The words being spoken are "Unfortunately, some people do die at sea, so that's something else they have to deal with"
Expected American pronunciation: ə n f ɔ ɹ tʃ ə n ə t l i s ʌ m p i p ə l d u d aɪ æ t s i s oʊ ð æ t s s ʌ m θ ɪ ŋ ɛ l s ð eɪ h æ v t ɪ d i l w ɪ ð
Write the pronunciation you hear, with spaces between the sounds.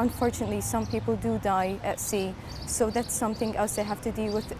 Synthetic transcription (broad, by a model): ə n f ɔ ɹ tʃ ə n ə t l i s ʌ m p i p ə l d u d aɪ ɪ t s i s oʊ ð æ t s s ʌ m θ ɪ ŋ ɛ l s ð eɪ h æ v t ɪ d i l w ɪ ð